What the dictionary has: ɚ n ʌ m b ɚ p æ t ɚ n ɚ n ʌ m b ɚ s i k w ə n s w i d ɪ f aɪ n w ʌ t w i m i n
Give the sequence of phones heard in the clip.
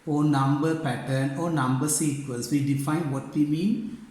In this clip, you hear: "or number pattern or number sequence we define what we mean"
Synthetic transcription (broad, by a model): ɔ n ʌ m b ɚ p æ t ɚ n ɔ n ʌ m b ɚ s i k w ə l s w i d ɪ f aɪ n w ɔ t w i m i n